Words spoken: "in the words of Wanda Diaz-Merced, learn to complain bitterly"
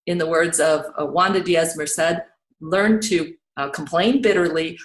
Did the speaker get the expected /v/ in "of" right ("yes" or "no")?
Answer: yes